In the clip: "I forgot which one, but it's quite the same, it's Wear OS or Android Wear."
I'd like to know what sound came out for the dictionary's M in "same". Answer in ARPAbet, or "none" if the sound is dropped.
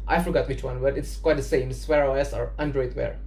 none